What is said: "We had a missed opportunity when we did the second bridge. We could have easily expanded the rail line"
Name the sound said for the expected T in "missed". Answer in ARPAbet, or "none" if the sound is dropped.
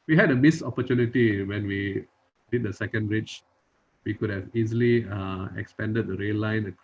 none